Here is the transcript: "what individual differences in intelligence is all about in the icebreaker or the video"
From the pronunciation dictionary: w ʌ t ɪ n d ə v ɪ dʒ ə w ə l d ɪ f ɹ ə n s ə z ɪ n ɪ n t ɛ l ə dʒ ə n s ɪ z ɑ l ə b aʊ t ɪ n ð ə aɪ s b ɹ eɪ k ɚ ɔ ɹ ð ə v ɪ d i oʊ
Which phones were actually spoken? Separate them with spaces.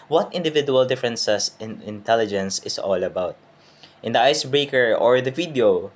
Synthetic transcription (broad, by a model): w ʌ t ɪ n d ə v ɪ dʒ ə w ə l d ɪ f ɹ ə n s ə s ɪ n ɪ n t ɛ l ə dʒ ə n s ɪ s ɑ l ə b aʊ t ɪ n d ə aɪ s b ɹ eɪ k ɚ ɔ ɹ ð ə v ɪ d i oʊ